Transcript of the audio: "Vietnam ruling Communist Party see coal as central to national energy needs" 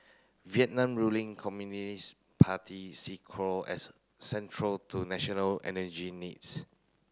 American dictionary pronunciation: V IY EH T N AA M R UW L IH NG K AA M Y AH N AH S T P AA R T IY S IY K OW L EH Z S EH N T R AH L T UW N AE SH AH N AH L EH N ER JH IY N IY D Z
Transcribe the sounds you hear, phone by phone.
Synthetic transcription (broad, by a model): V IY EH T N AA M R UW L IH NG K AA M Y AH N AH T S P AA T IY S IY K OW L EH S EH N T R AH L T UW N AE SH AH N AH L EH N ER JH IY N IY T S